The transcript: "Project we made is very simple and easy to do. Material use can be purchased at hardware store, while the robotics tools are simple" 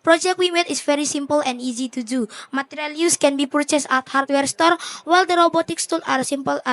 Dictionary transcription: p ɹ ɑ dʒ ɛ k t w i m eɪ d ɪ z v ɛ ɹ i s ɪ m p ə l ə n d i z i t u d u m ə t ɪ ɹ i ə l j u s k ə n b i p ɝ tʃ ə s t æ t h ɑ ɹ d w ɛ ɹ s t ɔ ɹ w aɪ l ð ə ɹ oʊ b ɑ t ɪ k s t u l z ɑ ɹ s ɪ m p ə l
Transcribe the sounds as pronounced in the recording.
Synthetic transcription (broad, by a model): p ɹ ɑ dʒ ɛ k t w i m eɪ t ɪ s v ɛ ɹ i s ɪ m p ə l ə n d i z i t u d u m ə t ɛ ɹ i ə l j u s k ə n b i p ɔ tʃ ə s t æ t h ɑ ɹ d w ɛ ɹ s t ɔ ɹ w aɪ l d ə ɹ oʊ b ɑ t ɪ k s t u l ɑ ɹ s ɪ m p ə l